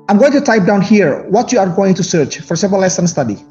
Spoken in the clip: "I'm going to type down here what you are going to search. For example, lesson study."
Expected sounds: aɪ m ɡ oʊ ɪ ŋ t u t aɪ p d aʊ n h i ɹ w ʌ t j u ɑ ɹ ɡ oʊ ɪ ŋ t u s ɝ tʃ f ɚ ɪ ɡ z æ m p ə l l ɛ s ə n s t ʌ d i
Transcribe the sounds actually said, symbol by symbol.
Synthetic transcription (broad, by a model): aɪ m ɡ oʊ ɪ ŋ t u t aɪ p d aʊ n h i ɹ w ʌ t j u ɑ ɹ ɡ oʊ ɪ ŋ t u s ɝ tʃ f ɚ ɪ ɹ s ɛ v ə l l ɛ s ə n s t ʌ d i